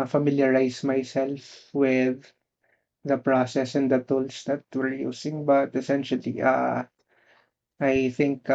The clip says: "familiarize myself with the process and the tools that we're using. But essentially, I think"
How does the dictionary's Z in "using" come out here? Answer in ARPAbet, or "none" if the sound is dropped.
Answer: S